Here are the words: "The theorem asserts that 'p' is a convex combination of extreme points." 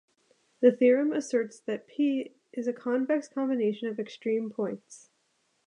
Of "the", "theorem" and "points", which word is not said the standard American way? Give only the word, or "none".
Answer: none